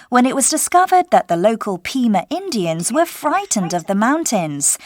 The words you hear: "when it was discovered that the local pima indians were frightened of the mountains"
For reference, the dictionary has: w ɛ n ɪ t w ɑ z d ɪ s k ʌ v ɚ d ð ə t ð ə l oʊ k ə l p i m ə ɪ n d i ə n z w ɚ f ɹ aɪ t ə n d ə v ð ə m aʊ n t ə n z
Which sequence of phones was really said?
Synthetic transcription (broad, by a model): w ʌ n ɪ t w ɑ z d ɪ s k ʌ v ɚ d ð ə t ð ə l oʊ k ə l p i m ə ɪ n d i ə n z w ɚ f ɹ aɪ t n d ə v ð ə m aʊ n t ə n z